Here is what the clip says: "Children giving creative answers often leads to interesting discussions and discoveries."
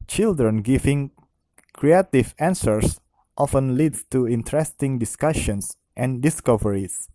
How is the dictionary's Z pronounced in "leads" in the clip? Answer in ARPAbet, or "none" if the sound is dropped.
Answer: none